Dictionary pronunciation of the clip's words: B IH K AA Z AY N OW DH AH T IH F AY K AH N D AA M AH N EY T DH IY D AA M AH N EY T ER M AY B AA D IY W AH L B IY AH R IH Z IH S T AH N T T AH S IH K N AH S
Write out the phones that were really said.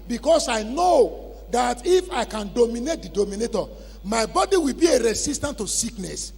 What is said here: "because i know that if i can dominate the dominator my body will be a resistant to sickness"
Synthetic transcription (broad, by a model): B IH K AA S AY N OW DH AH T IH F AY K AH N D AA M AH N EY T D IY D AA M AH N EY T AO M AY B AA D IY W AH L B IY AH R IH S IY S T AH N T T AH S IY K N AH S